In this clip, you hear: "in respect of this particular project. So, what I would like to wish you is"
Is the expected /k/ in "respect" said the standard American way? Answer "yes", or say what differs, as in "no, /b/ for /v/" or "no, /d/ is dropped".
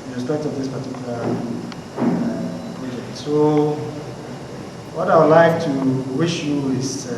no, /k/ is dropped